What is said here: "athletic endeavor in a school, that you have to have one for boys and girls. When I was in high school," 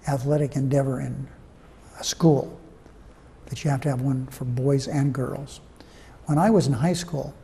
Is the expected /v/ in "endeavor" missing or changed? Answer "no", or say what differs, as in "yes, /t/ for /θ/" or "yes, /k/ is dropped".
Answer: no